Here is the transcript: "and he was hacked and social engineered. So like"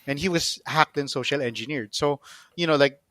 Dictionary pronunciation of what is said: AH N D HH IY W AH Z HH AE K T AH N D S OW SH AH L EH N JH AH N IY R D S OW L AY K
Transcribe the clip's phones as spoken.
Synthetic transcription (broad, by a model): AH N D HH IY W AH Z HH AE K T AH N S OW SH AH L EH N JH AH N IY R D S OW L AY K